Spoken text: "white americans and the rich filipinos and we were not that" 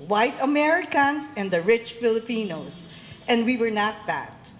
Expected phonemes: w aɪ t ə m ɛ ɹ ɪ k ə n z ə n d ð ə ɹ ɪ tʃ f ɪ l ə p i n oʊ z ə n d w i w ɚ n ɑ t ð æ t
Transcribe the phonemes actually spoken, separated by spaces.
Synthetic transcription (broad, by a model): w aɪ t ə m ɛ ɹ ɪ k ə n s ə n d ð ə ɹ ɪ tʃ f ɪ l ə p i n oʊ s ə n d w i w ɚ n ɑ t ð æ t